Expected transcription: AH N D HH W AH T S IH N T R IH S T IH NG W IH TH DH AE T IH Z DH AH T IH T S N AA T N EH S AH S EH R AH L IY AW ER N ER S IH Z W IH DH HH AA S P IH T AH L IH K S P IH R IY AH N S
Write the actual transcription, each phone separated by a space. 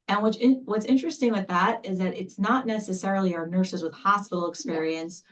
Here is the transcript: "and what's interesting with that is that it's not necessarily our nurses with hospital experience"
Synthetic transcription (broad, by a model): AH N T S W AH T S IH N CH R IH S T IH NG W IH DH AE T IH Z DH AH T IH T S N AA T N EH S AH S EH R L IY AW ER N ER S IH Z W IH DH HH AA S P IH T L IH K S P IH R IY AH N S